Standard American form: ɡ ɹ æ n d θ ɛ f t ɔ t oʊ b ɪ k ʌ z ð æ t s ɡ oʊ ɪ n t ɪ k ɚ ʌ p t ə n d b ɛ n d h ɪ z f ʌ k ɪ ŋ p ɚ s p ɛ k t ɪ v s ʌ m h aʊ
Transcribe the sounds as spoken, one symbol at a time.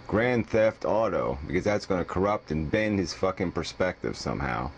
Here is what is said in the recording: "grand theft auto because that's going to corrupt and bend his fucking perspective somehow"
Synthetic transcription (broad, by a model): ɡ ɹ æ n θ ɛ f t ɔ t oʊ b ɪ k ʌ z ð æ t s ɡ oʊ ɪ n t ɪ k ɚ ʌ p t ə n b ɛ n d h ɪ z f ʌ k ɪ ŋ p ɚ s p ɛ k t ɪ v s ʌ m h aʊ